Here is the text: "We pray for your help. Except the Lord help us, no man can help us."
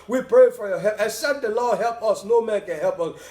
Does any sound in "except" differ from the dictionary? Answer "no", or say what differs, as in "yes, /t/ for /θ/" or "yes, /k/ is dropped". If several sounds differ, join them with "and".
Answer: yes, /k/ is dropped